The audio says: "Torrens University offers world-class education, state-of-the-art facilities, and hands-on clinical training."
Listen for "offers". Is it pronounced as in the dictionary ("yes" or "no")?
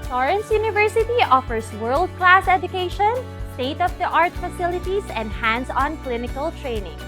no